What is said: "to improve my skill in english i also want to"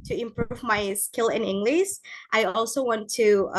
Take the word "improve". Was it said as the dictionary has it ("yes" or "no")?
yes